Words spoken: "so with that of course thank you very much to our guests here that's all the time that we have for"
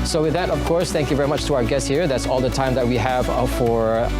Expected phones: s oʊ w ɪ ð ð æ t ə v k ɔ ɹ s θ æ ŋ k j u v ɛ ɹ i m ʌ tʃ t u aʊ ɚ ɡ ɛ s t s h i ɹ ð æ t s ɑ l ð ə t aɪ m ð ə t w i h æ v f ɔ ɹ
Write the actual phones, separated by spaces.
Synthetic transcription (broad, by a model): s oʊ w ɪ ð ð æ t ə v k ɔ ɹ s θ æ ŋ k j u v ɛ ɹ i m ʌ tʃ t u aʊ ɚ ɡ ɛ s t h i ɹ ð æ t s ɑ l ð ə t aɪ m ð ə t w i h æ v f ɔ ɹ